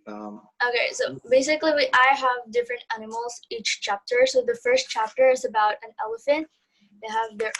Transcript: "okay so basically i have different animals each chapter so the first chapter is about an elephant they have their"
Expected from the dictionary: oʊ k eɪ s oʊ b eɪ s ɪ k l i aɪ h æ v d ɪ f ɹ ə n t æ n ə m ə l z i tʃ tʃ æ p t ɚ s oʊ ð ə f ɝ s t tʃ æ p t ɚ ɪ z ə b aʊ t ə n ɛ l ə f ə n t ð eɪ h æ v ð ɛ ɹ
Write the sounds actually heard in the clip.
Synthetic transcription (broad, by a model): oʊ k eɪ s oʊ b eɪ s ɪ k l i aɪ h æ v d ɪ f ɹ ə n t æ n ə m l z i tʃ tʃ æ p t ɚ s oʊ ð ə f ɝ s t tʃ æ p t ɚ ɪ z ə b aʊ t ə n ɛ l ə f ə n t ð eɪ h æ v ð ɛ ɹ